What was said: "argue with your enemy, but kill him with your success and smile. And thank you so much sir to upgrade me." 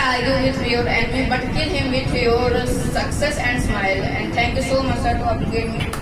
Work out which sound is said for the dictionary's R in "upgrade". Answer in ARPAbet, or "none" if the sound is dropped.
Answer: none